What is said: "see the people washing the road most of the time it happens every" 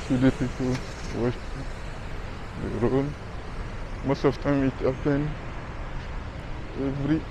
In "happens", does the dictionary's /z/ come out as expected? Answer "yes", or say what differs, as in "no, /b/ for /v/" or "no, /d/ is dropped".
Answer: no, /z/ is dropped